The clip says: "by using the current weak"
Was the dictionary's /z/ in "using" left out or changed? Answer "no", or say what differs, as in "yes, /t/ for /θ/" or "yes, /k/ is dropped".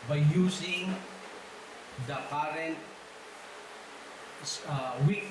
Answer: yes, /s/ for /z/